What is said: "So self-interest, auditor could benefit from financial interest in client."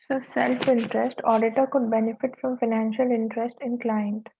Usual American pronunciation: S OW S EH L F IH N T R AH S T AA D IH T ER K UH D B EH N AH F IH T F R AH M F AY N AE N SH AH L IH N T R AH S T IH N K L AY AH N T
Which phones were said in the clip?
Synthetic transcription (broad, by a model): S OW S EH L F IH N T R AH S T AA D IH T ER K UH D B EH N AH F IH T F R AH M F AY N AE N SH AH L IH N T R AH S T IH N K L AY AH N T